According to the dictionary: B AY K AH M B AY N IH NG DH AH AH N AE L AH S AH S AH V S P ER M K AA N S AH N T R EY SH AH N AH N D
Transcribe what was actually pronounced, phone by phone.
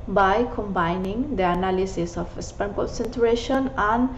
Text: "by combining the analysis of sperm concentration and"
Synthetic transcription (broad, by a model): B AY K AH M B AY N IH NG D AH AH N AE L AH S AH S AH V S P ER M K AA N S AH N T R EY SH AH N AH N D